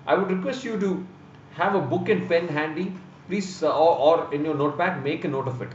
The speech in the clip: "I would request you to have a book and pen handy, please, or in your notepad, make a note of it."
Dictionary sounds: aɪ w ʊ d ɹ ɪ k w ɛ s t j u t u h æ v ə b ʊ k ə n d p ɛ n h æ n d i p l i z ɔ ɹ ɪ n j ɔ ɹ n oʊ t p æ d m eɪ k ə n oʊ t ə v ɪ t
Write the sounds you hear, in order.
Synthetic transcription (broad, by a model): aɪ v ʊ d ɹ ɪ k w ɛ s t j u t u h æ v ə b ʊ k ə n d p ɛ n h æ n d i p l i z ɔ ɹ ɪ n j ɔ ɹ n oʊ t b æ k m eɪ k ə n oʊ t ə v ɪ t